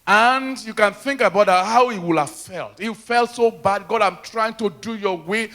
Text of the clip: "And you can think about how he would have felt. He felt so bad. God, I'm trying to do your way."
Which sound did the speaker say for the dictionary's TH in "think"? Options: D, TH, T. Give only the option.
TH